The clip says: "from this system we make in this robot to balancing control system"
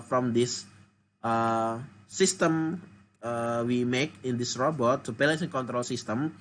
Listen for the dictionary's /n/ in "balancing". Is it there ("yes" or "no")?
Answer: no